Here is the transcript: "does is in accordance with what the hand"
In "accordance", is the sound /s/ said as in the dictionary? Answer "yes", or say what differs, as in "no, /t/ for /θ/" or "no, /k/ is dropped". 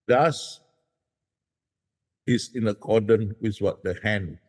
no, /s/ is dropped